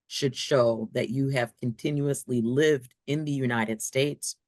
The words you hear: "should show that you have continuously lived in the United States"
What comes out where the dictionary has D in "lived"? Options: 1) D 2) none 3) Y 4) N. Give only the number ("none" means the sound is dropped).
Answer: 1